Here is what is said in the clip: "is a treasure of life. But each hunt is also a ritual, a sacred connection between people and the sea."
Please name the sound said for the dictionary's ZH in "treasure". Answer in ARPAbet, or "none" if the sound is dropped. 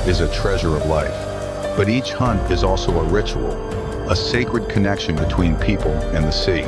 ZH